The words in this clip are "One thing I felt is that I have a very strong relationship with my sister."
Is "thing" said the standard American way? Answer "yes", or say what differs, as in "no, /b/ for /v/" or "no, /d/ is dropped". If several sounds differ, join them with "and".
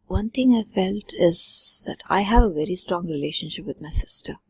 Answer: no, /t/ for /θ/